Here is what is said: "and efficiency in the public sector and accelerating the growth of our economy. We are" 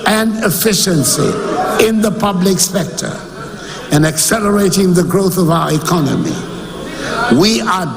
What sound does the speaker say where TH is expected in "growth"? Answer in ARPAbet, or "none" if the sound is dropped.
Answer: TH